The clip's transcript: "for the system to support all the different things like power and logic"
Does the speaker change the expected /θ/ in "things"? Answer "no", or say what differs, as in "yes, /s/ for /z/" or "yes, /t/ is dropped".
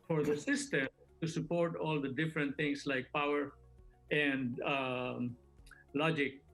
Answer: yes, /t/ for /θ/